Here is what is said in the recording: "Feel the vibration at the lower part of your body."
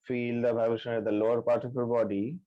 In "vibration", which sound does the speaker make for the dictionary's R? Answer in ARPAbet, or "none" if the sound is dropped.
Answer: none